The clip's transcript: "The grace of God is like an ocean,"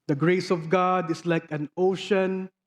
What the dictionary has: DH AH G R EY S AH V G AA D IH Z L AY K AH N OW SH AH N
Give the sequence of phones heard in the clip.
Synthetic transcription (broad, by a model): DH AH G R EY S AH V G AA D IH S L AY K AH N OW SH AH N